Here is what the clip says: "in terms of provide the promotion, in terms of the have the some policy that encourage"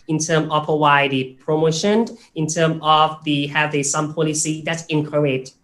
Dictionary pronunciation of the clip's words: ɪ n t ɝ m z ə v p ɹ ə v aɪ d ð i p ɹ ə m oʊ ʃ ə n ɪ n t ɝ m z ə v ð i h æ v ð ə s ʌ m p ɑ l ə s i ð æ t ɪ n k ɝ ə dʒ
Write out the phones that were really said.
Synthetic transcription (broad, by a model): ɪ n t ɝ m ə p ə w aɪ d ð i p ɹ ə m oʊ ʃ ə n ɪ n t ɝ m ə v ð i h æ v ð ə s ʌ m p ɑ l ə s i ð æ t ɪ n k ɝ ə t